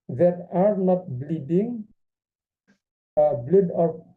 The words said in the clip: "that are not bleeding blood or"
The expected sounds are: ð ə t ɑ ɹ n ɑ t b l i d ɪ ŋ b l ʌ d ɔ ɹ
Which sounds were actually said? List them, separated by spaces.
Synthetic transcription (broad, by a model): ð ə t ɑ ɹ n ɑ t b l i d ɪ ŋ b l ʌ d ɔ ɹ